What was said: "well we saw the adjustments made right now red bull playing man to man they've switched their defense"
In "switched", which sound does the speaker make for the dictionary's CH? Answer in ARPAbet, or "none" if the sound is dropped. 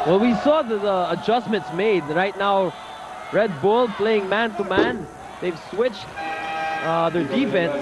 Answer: CH